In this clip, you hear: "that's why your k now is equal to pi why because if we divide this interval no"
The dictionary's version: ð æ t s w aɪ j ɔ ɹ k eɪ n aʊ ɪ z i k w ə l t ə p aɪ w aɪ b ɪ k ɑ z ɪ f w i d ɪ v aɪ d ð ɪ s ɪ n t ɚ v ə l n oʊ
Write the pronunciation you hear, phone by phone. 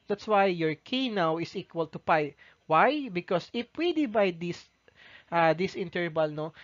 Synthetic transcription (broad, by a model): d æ t s w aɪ j ɔ ɹ k eɪ n aʊ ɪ s i k w ə l t ə p aɪ w aɪ b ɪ k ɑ s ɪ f w i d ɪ b aɪ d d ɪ s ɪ n t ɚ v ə l n oʊ